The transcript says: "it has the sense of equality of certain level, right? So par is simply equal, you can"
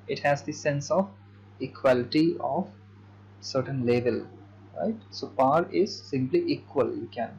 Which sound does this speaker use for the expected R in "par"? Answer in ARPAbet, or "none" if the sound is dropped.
R